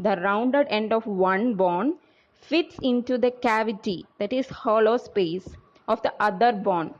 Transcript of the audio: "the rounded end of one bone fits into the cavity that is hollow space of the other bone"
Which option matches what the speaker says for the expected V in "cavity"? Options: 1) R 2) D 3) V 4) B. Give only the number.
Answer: 3